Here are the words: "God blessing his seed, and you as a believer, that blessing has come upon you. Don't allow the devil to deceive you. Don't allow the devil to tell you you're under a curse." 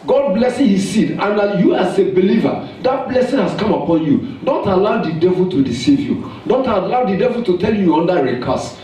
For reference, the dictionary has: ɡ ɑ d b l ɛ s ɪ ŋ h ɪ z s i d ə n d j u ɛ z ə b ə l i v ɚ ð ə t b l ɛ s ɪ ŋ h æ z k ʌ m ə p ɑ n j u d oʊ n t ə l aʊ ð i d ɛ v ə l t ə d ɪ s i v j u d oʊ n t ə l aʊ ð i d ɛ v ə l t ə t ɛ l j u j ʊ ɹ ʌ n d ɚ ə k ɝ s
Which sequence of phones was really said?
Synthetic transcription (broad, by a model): ɡ ɑ d b l ɛ s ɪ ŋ h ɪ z s i d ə n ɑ j u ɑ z ə b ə l i v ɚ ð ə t b l ɛ s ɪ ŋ h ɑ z k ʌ m ə p ɑ n j u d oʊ n t ə l aʊ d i d ɛ v ə l t ə d ɪ s i v j u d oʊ n t ə l aʊ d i d ɛ v ə l t ə t ɛ l j u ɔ n d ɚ ə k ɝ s